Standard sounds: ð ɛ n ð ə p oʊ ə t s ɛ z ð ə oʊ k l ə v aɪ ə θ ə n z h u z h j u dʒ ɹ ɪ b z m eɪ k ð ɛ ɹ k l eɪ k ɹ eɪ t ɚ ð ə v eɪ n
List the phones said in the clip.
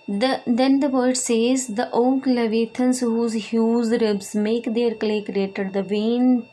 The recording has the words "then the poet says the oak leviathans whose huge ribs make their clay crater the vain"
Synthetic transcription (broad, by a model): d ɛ n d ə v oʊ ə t s ɛ z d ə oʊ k l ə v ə t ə n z h u z h j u z ɹ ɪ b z m eɪ k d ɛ ɹ k l eɪ k ɹ eɪ t ɚ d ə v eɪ n